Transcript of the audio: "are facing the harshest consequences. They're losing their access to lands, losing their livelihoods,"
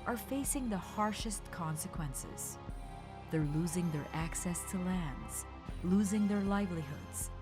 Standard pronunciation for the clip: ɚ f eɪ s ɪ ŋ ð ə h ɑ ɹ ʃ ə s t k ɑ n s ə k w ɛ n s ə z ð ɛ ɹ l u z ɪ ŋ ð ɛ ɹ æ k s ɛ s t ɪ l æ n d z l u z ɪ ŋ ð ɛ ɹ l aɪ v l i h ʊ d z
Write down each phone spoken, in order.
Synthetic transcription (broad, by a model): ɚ f eɪ s ɪ ŋ ð ə h ɑ ɹ ʃ ə s t k ɑ n s ə k w ɛ n s ə z ð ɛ ɹ l u z ɪ ŋ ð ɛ ɹ æ k s ɛ s t ɪ l æ n d z l u z ɪ ŋ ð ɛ ɹ l aɪ v l i h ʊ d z